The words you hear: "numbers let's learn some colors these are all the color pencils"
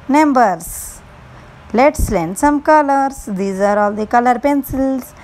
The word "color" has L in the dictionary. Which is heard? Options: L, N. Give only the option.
L